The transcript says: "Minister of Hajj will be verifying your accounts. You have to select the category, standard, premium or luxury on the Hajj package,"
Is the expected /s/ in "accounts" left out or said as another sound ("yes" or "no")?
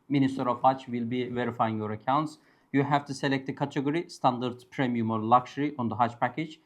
no